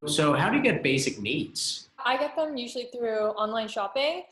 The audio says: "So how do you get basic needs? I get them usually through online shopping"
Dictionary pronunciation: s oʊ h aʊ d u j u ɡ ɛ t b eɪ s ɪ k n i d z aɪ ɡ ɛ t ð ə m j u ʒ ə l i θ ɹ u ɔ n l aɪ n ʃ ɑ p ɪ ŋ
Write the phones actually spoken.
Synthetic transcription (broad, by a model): s oʊ h aʊ d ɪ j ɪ ɡ ɛ t b eɪ s ɪ k n i d z aɪ ɡ ɛ t ð ə m j u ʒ l i θ ɹ u ɔ n l aɪ n ʃ ɑ p ɪ ŋ